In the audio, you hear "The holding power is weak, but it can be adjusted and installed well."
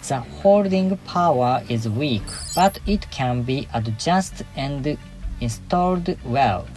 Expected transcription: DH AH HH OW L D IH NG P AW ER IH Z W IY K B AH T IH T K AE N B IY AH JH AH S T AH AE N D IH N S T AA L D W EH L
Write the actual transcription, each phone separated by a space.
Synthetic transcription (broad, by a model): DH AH HH OW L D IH NG P AW ER IH Z W IY K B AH T IH T K AE N B IY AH JH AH S T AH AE N D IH N S T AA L D W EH L